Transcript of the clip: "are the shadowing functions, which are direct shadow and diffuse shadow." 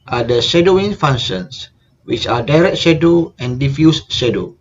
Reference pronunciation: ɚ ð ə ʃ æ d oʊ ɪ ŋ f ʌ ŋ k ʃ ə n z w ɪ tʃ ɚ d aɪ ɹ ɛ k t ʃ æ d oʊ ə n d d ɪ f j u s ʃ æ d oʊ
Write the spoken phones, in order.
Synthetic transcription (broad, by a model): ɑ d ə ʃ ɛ d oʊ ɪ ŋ f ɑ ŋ ʃ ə n s w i tʃ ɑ d aɪ ɹ ɛ k t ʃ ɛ d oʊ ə n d d ɪ f j u s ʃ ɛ d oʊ